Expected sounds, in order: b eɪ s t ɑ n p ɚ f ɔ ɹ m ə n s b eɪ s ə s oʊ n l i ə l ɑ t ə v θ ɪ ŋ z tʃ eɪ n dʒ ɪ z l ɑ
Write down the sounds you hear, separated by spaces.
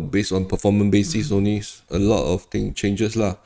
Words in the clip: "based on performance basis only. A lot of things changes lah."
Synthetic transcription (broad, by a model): b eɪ s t ɑ n p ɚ f ɔ m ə n b eɪ s ə s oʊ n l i ə l ɑ t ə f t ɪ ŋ tʃ eɪ n dʒ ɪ s l ɑ